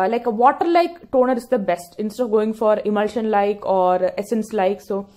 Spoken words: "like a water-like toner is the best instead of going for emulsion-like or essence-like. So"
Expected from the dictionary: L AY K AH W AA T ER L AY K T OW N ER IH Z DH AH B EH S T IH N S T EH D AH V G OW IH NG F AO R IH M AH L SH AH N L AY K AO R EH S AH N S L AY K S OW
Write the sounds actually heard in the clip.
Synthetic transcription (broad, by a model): L AY K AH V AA T ER L AY K T OW N ER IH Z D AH B EH S T IH N S T EH D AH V G OW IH NG F AO R IH M AH L SH AH N L AY K AO R EH S AH N S L AY K S OW